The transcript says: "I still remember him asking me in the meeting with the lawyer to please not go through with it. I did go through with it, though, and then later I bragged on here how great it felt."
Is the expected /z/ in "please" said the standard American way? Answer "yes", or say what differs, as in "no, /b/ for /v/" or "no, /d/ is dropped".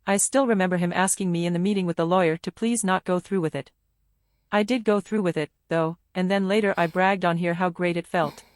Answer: yes